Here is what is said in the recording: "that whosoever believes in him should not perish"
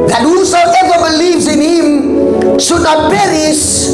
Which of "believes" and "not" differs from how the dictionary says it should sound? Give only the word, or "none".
none